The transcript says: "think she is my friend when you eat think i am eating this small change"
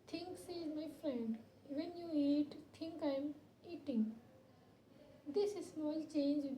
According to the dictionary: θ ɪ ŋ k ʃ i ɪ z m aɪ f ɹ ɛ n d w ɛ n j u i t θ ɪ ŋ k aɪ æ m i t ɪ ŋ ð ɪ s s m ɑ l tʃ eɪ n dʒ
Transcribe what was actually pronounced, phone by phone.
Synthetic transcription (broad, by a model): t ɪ ŋ k s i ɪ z m aɪ f ɹ ɛ n d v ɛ n j u i t t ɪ ŋ k aɪ m i t ɪ ŋ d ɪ s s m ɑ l tʃ eɪ n dʒ